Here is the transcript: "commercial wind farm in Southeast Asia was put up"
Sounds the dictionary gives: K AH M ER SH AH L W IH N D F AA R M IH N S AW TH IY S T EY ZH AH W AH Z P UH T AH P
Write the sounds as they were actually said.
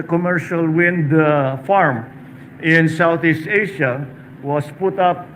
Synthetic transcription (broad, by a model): K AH M ER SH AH L W IH N D F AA R M IH N S AW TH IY S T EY SH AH W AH S P UH T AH P